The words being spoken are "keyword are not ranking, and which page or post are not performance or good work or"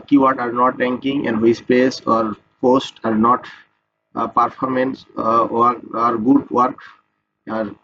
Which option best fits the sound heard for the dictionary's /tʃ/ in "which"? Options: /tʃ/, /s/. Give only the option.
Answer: /s/